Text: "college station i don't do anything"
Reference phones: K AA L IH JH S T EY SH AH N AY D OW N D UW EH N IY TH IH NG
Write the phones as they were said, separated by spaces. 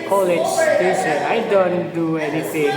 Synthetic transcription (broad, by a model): K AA L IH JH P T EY S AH AY D OW N D UW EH N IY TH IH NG